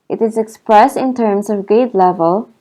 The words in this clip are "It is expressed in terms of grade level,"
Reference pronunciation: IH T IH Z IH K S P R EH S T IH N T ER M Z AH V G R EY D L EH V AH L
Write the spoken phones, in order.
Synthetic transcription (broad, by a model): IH T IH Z IH K S P R EH S T IH N T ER M S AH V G EY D L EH V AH L